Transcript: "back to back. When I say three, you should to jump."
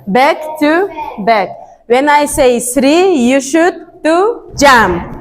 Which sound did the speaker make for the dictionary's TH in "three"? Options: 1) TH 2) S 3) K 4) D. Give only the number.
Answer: 2